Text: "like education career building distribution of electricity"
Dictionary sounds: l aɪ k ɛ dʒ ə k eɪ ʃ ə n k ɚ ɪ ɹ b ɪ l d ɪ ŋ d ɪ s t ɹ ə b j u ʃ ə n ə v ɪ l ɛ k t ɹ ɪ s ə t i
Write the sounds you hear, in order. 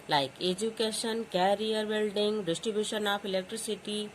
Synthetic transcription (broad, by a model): l aɪ k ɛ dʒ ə k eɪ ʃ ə n k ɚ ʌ ɹ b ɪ l d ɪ ŋ d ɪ s t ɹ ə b j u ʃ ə n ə p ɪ l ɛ k t ɹ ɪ s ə t i